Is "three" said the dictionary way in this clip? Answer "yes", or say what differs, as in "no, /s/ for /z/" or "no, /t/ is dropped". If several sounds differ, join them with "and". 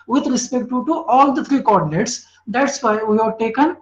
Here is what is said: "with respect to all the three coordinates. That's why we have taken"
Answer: no, /t/ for /θ/